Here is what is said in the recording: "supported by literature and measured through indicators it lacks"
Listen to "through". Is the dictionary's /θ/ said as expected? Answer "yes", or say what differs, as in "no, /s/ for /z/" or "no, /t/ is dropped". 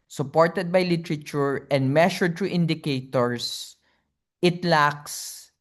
no, /t/ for /θ/